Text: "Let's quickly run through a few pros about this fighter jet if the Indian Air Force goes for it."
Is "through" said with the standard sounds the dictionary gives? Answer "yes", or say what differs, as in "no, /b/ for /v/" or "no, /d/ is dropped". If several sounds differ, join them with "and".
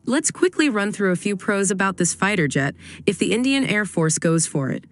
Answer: yes